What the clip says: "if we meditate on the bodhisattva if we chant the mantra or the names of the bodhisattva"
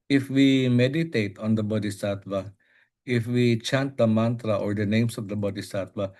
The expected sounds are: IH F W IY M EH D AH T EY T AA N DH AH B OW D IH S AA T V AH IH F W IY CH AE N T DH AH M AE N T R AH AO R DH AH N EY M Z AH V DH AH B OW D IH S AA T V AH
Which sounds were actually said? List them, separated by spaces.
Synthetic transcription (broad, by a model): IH F W IY M EH D AH T EY T AA N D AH B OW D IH S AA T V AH IH F W IY CH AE N T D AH M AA N T R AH AO R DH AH N EY M S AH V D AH B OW D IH S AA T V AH